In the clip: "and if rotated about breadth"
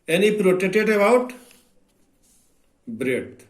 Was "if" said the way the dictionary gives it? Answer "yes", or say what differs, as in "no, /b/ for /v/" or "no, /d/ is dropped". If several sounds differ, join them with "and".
no, /p/ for /f/